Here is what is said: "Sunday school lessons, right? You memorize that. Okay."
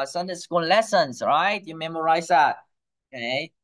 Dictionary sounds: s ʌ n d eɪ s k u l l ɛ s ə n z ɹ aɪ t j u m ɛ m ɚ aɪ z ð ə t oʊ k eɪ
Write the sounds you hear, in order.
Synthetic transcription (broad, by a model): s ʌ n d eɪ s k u n l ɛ s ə n s ɹ aɪ t j u m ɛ m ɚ aɪ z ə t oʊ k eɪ